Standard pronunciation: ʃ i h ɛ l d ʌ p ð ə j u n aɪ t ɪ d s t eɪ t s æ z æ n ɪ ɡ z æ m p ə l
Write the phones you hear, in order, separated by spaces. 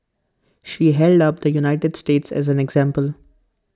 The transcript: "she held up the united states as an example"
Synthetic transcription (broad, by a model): ʃ i h ɛ l d ʌ p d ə j u n aɪ t ɪ d s t eɪ t s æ z æ n ɪ ɡ z æ m p ə l